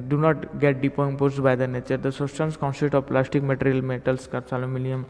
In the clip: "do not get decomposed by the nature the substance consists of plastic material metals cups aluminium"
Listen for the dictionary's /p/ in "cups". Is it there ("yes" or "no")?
no